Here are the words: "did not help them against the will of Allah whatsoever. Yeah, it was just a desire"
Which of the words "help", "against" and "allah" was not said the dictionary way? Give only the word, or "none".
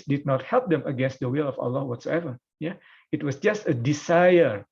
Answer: none